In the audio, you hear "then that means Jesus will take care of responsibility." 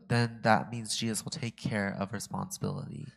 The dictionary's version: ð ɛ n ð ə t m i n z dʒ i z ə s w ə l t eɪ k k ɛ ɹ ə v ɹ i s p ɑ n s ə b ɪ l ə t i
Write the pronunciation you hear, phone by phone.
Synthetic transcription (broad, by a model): ð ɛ n ð ə t m i n z dʒ i z ə s w ə l t eɪ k k ɛ ɹ ə v ɹ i s p ɑ n s ə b ɪ l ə t i